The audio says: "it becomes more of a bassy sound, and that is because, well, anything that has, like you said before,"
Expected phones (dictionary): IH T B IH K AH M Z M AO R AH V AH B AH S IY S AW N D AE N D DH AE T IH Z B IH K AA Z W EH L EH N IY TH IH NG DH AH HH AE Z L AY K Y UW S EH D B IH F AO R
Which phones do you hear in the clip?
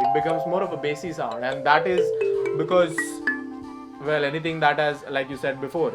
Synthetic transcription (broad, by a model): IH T B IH K AH M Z M AO R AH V AH B AH S IY S AW N D AE N D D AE T IH Z B IH K AA Z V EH L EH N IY T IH NG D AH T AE Z L AY K Y UW S EH D B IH F AO R